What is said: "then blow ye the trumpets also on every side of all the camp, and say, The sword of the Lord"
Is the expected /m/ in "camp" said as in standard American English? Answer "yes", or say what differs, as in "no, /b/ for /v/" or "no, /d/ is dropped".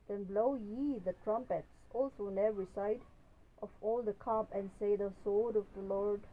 no, /m/ is dropped